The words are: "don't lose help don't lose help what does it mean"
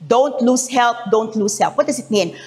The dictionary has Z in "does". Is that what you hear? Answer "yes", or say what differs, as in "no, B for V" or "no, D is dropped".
no, S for Z